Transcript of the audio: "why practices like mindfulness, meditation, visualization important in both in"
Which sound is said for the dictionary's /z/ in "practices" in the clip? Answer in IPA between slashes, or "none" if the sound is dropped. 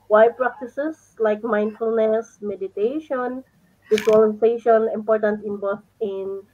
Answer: /s/